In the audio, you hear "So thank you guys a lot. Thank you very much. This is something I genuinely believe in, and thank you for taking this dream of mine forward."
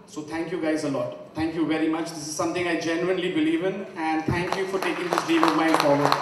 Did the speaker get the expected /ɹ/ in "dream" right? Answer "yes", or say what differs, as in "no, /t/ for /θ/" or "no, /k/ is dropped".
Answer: no, /ɹ/ is dropped